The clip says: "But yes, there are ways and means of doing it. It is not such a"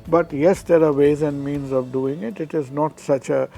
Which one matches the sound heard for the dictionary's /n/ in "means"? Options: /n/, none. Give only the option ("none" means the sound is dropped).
/n/